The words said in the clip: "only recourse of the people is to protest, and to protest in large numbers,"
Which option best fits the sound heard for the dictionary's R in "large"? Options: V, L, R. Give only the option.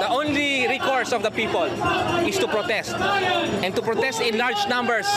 R